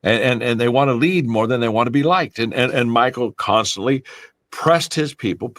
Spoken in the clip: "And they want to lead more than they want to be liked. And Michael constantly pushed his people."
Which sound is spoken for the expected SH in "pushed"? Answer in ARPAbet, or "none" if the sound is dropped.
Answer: S